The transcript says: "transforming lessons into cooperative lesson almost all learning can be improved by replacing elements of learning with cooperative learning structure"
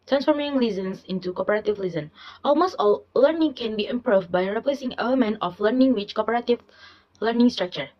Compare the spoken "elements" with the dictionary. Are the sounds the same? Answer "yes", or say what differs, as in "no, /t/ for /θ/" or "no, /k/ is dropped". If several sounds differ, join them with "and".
no, /s/ is dropped